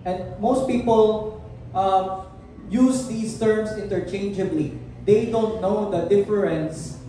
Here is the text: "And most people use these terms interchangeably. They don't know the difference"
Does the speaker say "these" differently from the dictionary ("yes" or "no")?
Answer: yes